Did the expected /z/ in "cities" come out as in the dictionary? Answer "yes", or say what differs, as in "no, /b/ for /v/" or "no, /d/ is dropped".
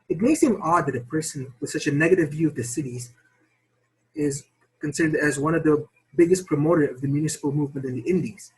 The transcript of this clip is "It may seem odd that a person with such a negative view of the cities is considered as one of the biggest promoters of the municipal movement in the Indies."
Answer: yes